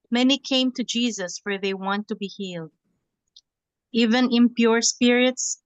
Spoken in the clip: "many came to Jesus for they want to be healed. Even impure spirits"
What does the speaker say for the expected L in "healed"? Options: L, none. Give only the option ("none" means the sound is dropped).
L